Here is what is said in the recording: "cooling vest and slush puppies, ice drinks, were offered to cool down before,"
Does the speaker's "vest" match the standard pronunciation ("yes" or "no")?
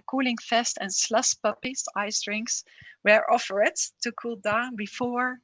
no